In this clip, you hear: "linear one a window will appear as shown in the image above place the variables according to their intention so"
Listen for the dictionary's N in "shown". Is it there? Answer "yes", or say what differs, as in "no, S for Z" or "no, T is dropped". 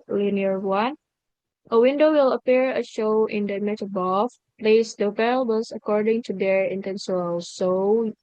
no, N is dropped